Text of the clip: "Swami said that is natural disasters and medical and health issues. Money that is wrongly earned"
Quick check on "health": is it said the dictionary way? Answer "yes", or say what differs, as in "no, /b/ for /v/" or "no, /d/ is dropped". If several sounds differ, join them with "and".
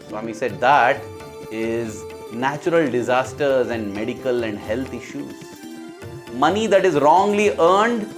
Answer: no, /t/ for /θ/